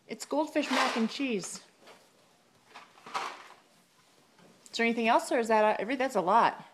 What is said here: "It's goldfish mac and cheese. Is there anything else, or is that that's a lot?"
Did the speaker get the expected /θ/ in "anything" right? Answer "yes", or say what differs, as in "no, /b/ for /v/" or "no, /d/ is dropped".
yes